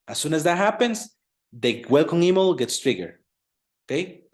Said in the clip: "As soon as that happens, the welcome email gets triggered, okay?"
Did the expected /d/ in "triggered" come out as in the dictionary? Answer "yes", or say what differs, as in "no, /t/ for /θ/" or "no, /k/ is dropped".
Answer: no, /d/ is dropped